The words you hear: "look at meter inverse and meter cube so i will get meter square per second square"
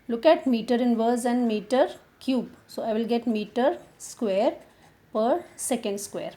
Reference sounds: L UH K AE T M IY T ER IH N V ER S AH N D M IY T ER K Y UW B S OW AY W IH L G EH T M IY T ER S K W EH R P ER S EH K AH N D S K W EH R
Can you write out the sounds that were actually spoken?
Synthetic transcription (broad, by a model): L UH K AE T M IY T ER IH N V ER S AH N D M IY T ER K Y UW B S OW AY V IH L G EH T M IY T ER S K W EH R P ER S EH K AH N D S K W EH R